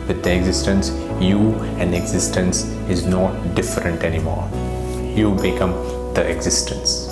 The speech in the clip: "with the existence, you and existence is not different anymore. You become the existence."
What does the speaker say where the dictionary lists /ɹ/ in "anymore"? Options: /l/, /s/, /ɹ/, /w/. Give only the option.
/ɹ/